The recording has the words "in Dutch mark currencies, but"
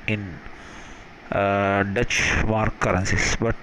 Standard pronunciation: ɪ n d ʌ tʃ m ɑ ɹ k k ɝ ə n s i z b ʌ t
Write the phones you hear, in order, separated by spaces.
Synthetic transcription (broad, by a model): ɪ n d ʌ tʃ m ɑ ɹ k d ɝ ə n s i s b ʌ t